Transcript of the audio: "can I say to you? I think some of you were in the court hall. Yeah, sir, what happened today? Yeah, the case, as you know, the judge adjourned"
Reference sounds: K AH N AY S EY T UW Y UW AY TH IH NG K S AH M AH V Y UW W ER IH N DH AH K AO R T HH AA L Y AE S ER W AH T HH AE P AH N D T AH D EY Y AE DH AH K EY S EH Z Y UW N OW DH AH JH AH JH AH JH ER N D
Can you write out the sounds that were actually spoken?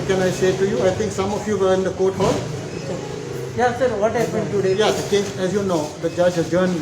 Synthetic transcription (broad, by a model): K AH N AY S EY T UW Y UW AY T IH NG K S AH M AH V Y UW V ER IH N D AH K AO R T HH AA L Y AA S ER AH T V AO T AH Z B T AH D EY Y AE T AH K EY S EH Z Y UW N OW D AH JH AH JH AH JH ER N